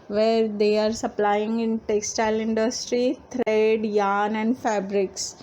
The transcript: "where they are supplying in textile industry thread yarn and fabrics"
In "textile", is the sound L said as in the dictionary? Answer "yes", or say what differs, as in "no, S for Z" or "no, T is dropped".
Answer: yes